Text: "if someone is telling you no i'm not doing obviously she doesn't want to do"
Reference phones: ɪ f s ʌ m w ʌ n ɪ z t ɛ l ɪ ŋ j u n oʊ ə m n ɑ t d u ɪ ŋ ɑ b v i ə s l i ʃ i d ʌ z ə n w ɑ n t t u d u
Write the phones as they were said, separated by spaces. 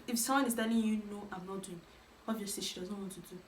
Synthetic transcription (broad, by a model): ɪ f s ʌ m w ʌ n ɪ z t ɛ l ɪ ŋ j u n oʊ ə m n ɑ t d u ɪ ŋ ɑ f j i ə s i ʃ i d ʌ z ə n w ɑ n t t u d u